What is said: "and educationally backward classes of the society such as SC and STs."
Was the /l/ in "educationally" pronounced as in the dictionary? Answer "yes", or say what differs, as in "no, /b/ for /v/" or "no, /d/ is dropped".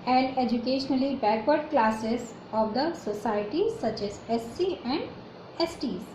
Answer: yes